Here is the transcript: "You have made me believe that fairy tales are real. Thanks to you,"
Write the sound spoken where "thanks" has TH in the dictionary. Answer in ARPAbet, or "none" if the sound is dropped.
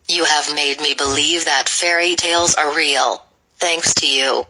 TH